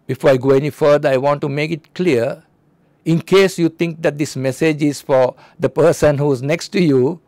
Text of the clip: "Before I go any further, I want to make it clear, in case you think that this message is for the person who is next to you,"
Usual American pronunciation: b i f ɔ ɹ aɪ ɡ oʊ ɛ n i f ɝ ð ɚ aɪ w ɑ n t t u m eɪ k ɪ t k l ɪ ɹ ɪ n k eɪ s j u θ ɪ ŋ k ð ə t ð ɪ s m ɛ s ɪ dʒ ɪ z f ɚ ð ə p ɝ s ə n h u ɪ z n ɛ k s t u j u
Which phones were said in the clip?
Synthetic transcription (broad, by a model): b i f ɔ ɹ aɪ ɡ oʊ ɛ n i f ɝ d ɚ aɪ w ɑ n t t u m eɪ k ɪ t k l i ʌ ɪ n k eɪ s j u t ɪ ŋ k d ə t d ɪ s m ɛ s ɪ dʒ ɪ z f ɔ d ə p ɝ s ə n h u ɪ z n ɛ k s t u j u